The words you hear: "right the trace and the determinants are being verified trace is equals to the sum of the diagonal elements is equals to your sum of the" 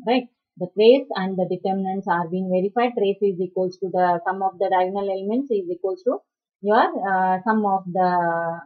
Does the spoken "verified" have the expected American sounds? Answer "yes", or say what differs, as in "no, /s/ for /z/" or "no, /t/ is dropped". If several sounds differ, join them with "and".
yes